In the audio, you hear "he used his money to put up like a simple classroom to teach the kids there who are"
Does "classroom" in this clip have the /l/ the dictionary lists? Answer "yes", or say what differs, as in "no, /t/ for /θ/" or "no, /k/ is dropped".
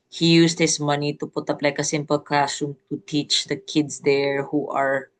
no, /l/ is dropped